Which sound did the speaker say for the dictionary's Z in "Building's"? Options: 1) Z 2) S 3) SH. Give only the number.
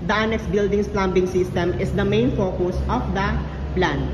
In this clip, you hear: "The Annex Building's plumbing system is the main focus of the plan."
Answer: 2